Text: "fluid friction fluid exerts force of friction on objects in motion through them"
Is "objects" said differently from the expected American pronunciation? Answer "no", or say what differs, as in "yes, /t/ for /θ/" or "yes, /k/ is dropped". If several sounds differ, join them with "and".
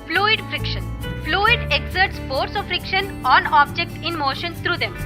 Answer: yes, /s/ is dropped